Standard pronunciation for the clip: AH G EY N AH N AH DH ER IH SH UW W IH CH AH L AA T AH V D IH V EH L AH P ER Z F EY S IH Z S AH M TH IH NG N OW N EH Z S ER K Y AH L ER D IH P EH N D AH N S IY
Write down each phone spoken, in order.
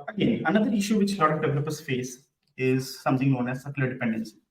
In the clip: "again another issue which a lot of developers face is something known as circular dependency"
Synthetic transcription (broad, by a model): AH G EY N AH N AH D ER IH SH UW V IH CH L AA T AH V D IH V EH L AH P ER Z F EY S IH Z S AH M T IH NG N OW N EH Z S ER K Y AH L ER D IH P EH N D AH N S